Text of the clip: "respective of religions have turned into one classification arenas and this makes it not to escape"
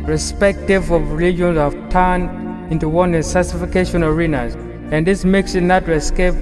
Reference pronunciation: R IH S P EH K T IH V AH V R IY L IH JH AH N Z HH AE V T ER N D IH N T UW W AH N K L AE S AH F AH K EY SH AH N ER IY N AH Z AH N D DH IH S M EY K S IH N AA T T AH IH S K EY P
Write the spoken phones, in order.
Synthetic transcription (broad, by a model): R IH S P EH K T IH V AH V R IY L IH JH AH N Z HH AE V T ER N D IH N T UW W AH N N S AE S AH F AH K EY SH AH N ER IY N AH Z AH N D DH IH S M EY K S IH N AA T T AH S K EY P